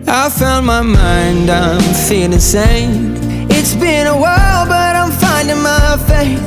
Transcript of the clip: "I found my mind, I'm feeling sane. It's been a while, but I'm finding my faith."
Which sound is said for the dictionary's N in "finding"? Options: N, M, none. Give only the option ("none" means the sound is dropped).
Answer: N